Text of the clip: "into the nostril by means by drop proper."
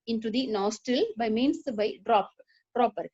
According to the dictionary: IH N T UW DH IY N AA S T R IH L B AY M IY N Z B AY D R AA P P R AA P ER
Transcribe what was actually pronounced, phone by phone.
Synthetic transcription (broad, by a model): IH N T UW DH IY N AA S T IH L B AY M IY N S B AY D R AA P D R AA P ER